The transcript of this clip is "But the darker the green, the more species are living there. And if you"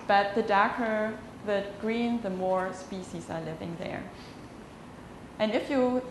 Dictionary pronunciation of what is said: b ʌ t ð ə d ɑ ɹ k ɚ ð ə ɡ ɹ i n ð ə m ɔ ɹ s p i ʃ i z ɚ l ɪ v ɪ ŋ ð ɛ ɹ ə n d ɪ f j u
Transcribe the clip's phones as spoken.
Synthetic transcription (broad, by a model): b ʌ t ð ə d ɑ ɹ k ɚ ð ə ɡ ɹ i n ð ə m ɔ ɹ s p i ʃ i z ɚ l ɪ v ɪ ŋ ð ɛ ɹ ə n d ɪ f j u